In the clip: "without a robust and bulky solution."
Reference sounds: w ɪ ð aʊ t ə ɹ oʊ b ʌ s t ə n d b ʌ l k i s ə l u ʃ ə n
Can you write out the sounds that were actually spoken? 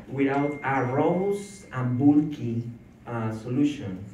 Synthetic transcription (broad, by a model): w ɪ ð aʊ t ə ɹ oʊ ʊ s ə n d b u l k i s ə l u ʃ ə n